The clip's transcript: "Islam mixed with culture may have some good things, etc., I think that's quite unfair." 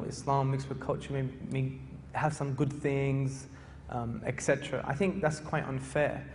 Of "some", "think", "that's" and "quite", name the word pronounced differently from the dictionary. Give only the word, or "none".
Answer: none